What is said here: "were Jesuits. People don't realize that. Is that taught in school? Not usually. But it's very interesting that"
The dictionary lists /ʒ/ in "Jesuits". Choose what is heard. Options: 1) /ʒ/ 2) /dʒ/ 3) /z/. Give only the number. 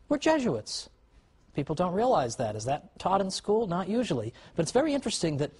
1